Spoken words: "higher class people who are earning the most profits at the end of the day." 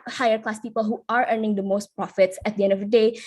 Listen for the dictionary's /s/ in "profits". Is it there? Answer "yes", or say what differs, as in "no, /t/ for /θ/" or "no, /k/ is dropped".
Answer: yes